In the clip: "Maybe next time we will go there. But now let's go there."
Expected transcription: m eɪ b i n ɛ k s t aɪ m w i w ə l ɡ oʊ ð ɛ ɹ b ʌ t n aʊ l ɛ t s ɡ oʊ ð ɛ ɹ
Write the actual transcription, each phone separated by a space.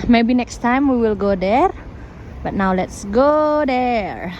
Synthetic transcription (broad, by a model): m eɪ b i n ɛ k s t aɪ m w i w ə l ɡ oʊ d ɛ ɹ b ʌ t n aʊ l ɛ t s ɡ oʊ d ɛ ɹ